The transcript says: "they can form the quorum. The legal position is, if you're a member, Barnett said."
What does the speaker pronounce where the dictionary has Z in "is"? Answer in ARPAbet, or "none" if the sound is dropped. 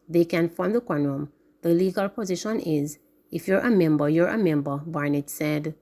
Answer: Z